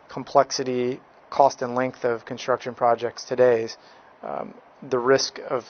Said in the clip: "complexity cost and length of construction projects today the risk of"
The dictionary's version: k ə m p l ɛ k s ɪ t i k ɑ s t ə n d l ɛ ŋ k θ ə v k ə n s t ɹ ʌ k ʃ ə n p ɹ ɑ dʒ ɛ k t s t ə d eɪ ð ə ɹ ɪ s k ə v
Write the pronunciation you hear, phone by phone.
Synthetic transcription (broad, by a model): k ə m p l ɛ k s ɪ t i k ɑ s t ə n l ɛ ŋ k θ ə v k ə n s t ɹ ʌ k ʃ ə n p ɹ ɑ dʒ ɛ k t s t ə d eɪ ð ə ɹ ɪ s k ə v